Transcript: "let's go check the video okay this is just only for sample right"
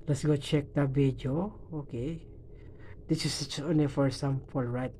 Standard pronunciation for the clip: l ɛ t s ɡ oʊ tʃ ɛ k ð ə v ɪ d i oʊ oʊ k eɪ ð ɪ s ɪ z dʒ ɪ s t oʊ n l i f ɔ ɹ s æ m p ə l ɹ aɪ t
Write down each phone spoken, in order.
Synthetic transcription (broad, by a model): l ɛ t s ɡ oʊ tʃ ɛ k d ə b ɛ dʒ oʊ oʊ k eɪ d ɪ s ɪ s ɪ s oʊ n i f ɔ ɹ s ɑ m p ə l ɹ aɪ t